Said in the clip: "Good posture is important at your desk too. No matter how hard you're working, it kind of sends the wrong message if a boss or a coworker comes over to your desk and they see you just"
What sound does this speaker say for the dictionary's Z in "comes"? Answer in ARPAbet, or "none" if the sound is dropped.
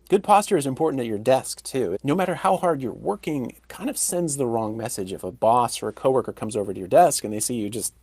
Z